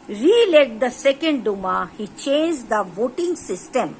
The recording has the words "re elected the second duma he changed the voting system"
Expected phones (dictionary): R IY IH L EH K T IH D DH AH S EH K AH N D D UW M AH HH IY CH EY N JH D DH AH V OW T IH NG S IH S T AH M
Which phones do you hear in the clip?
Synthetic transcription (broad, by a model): R IY L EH T D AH S EH K AH N D D UW M AH HH IY CH EY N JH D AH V OW T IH NG S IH S T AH M